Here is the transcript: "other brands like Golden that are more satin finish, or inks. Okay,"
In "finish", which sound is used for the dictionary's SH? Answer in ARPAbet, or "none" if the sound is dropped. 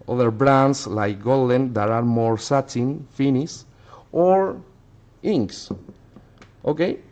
S